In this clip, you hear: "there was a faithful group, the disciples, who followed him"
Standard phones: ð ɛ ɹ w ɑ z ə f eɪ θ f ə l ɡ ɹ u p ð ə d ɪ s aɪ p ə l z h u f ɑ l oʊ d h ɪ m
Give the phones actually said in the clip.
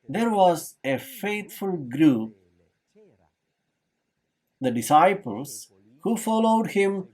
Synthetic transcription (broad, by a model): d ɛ ɹ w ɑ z ə f eɪ t f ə l ɡ ɹ u p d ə d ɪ s aɪ p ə l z h u f ɑ l oʊ d h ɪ m